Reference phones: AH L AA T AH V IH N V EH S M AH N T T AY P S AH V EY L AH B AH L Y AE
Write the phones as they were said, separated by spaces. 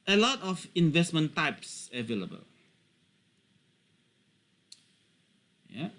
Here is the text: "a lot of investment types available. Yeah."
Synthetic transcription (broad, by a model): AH L AA T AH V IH N V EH S M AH N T T AY P S AH V EY L AH B AH L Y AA